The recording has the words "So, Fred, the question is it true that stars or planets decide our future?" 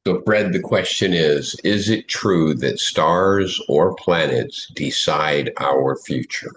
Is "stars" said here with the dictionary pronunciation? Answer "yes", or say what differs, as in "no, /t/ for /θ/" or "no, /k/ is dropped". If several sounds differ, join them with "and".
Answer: yes